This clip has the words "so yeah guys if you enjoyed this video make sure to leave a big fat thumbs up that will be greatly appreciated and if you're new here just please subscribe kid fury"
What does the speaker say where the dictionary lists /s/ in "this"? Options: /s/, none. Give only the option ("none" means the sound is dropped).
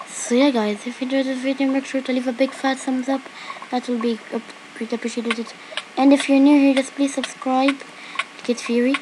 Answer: none